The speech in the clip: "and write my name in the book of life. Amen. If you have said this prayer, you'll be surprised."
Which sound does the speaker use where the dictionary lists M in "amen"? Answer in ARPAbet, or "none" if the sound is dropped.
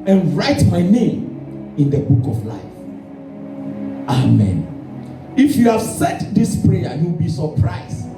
M